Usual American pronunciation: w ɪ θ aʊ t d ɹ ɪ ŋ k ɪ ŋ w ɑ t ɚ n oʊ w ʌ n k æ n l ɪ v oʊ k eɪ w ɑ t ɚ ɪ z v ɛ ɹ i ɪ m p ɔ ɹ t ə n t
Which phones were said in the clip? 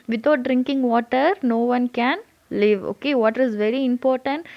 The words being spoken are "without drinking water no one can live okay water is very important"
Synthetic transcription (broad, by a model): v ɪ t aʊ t d ɹ ɪ ŋ k ɪ ŋ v ɑ t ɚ n oʊ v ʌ n k æ n l ɪ v oʊ k eɪ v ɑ t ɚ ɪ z v ɛ ɹ i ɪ m p ɔ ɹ t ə n t